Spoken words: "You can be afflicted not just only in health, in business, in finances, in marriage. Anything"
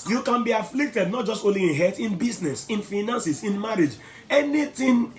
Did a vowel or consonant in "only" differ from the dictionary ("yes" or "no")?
yes